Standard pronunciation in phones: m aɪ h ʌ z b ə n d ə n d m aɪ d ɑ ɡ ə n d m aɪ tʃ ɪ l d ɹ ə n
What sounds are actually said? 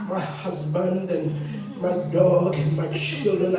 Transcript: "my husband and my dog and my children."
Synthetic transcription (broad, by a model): m aɪ h ʌ z b ə n d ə n m aɪ d ɑ ɡ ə n m aɪ tʃ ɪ l d ɹ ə n